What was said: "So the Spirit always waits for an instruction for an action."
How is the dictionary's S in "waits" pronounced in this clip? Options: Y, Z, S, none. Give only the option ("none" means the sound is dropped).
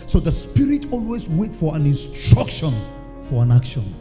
none